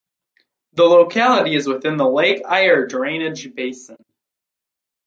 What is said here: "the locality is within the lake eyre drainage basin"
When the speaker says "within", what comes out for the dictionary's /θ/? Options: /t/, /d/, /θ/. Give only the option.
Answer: /θ/